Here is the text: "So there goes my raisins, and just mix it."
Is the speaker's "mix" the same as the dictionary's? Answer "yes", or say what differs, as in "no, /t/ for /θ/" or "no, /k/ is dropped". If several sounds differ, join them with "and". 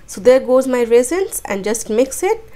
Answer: yes